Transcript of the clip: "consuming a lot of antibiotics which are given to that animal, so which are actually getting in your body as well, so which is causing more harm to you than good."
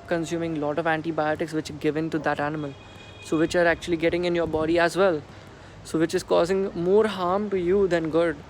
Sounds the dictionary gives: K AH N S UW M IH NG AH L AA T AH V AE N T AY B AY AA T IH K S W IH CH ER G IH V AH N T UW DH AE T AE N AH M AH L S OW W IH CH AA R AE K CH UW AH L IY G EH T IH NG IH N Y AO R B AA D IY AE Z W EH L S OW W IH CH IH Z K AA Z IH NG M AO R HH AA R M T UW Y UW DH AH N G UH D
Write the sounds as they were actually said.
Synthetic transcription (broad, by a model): K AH N S UW M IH NG L AA T AH V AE N T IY B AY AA T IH K S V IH CH G IH V AH N T UW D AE T AE N AH M AH L S OW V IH CH AA R AE K CH UW AH L IY G EH T IH NG IH N Y AO R B AA D IY AE Z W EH L S OW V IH CH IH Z K AA Z IH NG M AO R HH AA R M T UW Y UW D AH N G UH D